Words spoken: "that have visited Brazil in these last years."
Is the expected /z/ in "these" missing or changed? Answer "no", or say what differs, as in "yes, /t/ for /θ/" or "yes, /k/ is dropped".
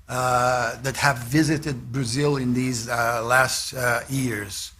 no